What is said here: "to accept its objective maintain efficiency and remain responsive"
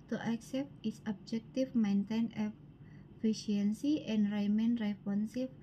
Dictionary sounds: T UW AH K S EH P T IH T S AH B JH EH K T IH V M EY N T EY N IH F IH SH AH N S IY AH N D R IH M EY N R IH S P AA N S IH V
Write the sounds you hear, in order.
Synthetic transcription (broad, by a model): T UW AH K S EH P T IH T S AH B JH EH K T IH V M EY N T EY N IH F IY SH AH N S IY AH N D R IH M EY N R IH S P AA N S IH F